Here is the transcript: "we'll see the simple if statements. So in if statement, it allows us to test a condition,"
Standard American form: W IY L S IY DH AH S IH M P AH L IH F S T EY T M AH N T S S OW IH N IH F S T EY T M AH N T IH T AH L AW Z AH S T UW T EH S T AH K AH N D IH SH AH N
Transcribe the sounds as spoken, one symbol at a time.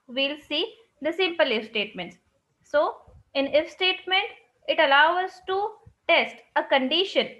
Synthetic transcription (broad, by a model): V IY L S IY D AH S IH M P AH L IH F S T EY T M AH N T S S OW IH N IH F S T EY T M AH N T IH T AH L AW AH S T UW T EH S T AH K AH N D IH SH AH N